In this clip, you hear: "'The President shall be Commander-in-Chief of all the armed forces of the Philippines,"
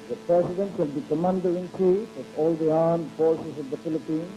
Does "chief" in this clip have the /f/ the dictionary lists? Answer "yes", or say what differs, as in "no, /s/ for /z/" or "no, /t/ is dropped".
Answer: no, /f/ is dropped